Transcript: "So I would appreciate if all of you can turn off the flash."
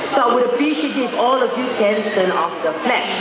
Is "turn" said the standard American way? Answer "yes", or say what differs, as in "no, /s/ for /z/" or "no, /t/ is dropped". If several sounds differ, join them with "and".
no, /s/ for /t/